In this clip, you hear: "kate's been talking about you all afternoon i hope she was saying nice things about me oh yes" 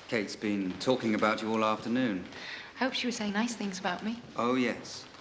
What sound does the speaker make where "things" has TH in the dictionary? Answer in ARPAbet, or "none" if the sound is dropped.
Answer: TH